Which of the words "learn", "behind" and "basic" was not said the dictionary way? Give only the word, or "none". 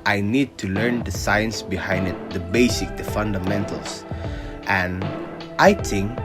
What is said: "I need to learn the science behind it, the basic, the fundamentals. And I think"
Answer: none